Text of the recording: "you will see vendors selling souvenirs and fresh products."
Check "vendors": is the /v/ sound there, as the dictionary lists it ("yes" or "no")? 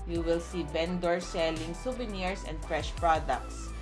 no